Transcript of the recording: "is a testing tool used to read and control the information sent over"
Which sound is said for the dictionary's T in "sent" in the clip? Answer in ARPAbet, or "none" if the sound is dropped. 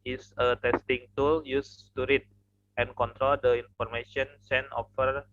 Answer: none